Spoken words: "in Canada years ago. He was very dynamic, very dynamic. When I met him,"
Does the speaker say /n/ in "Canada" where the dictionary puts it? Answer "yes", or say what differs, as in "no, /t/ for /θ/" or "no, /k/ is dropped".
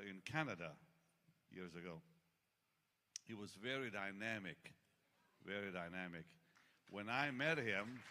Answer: yes